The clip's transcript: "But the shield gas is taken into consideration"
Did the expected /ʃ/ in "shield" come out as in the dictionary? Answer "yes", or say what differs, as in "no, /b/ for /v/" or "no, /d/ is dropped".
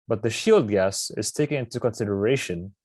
yes